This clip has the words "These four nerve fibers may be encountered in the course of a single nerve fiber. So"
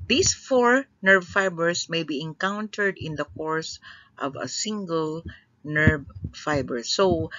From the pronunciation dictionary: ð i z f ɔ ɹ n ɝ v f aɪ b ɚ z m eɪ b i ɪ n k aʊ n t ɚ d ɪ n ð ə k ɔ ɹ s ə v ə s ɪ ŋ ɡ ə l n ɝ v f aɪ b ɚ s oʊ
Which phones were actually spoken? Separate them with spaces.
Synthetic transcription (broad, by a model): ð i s f ɔ ɹ n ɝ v f aɪ b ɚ s m eɪ b i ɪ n k aʊ n t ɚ d ɪ n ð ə k ɔ ɹ s ə v ə s ɪ ŋ ɡ ə l n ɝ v f aɪ b ɚ s oʊ